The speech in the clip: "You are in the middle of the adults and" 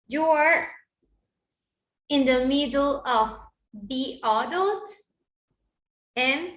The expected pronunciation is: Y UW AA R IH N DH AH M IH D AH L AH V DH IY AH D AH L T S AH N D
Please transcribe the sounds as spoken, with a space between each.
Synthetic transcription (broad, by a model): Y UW AA R IH N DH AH M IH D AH L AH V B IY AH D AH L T AH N